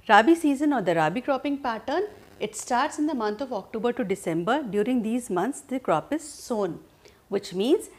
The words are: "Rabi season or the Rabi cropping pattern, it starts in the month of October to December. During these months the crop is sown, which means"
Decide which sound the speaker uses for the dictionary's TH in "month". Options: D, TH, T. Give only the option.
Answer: T